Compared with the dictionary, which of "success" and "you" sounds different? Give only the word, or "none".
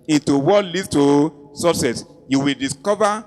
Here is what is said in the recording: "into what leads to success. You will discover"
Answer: success